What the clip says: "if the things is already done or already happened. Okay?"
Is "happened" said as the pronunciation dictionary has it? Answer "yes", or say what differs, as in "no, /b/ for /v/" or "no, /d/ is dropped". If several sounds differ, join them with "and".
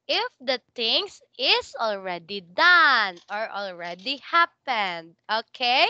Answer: yes